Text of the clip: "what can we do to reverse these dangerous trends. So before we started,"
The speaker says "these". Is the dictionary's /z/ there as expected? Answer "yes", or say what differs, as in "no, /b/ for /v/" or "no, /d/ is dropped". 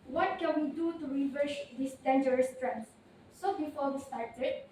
no, /s/ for /z/